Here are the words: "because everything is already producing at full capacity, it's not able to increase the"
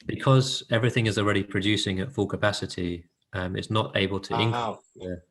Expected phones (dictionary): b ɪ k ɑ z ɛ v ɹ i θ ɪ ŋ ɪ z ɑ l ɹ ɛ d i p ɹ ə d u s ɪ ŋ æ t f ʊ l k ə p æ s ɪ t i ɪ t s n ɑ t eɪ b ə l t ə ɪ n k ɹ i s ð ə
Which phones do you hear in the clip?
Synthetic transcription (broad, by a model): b ɪ k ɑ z ɛ v ɹ i θ ɪ ŋ ɪ z ɑ l ɹ ɛ d i p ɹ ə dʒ u s ɪ ŋ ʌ t f ʊ l k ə p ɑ s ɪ t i ɪ t s n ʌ t eɪ b ə l t ə ɪ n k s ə